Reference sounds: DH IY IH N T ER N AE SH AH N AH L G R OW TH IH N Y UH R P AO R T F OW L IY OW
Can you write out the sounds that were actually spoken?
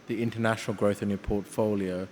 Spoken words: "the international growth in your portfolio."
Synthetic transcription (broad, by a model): DH IY IH N T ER N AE SH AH N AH L G R OW TH IH N Y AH P AO T F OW L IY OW